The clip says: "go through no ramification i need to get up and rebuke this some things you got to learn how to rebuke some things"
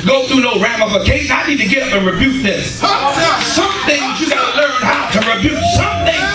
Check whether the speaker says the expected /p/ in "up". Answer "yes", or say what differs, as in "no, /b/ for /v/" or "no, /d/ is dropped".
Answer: yes